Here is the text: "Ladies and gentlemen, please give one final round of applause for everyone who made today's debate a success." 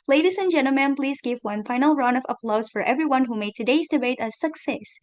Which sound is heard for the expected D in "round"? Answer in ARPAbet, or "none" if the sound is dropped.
none